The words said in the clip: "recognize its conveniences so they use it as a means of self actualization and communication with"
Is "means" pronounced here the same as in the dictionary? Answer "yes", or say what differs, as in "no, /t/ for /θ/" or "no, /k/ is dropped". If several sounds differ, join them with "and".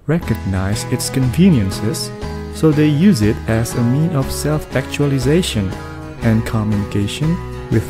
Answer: no, /z/ is dropped